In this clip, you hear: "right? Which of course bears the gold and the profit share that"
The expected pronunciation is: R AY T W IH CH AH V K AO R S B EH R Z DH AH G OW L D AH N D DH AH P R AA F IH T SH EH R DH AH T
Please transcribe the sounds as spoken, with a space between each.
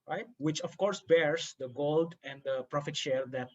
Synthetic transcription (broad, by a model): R AY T W IH CH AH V K AO R S B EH R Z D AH G OW L D AH N D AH P R AA F IH T SH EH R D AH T